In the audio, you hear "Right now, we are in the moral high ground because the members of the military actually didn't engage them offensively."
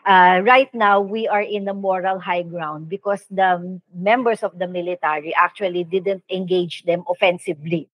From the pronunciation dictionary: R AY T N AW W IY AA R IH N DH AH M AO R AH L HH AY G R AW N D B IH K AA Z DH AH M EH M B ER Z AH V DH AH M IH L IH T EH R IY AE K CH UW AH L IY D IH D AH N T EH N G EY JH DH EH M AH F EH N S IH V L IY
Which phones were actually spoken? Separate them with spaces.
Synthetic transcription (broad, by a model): R AY T N AW W IY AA R IH N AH M AO R AH L HH AY G R AW N D B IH K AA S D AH M EH M B ER S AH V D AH M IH L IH T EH R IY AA K CH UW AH L IY D IH D AH N T EH N G EY JH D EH M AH F EH N S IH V L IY